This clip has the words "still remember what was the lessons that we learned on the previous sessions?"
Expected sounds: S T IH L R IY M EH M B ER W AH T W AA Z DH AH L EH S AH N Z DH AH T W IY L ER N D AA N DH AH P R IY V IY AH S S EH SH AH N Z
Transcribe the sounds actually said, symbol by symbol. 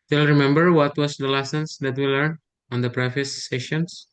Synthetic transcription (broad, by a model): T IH L R IY M EH M B ER W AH T W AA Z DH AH L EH S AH N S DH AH T W IY L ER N AA N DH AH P R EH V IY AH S S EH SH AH N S